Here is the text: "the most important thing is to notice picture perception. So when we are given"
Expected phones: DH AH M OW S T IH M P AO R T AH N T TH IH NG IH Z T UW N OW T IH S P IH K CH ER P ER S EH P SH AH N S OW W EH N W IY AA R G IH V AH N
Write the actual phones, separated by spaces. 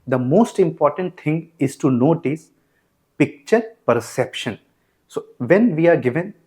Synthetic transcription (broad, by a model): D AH M OW S T IH M P AO R T AH N T T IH NG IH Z T UW N OW T IH S P IH K CH ER P ER S EH P SH AH N S OW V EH N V IY AA R G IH V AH N